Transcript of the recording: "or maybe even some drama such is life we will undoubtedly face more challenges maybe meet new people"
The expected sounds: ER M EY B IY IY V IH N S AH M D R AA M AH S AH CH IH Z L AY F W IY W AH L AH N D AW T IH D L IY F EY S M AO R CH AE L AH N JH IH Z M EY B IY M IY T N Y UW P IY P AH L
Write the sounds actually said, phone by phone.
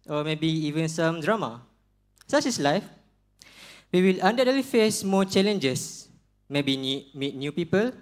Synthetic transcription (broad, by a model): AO M EY B IY IY V IH N S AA M D R AA M AH S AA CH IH S L AY F W IY W AH L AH N D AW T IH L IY F EY S M AO CH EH L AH N JH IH S M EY B IY M IY T N Y UW P IY P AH L